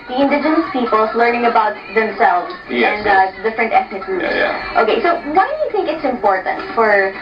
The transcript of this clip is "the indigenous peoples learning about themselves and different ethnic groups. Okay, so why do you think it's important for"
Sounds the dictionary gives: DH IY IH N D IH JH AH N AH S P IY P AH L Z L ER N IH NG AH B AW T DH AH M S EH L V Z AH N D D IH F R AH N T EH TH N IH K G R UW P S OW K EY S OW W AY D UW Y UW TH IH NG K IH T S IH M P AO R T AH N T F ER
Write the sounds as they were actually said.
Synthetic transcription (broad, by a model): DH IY IH N D IH JH AH N AH S P IY P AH L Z L ER N IH NG AH B AW T DH AH M S EH L V Z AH N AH D IH F R AH N T EH TH N IH K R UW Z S OW K EY S OW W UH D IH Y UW TH IH NG K IH T S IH M P AO R T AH N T F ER